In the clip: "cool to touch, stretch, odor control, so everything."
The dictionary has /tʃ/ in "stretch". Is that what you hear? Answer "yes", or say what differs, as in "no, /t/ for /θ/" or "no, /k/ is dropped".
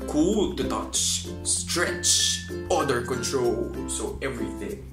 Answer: yes